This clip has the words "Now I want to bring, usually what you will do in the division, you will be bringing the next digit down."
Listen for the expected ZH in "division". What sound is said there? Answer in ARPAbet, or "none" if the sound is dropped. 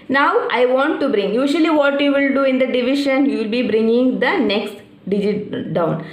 SH